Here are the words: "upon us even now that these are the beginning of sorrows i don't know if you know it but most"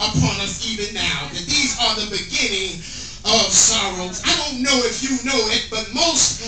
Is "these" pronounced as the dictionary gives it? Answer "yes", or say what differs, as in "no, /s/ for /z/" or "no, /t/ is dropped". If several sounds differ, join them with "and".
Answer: yes